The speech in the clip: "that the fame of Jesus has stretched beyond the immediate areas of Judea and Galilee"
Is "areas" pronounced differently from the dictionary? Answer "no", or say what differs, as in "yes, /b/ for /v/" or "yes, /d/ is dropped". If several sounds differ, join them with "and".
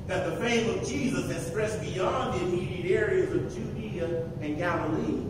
no